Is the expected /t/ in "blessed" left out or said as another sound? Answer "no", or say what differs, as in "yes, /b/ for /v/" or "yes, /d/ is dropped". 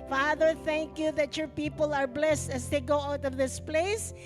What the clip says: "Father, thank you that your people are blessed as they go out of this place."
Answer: no